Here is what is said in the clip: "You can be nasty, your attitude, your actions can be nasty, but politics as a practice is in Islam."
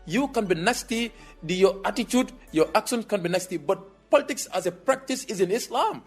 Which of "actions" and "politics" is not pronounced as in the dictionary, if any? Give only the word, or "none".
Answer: actions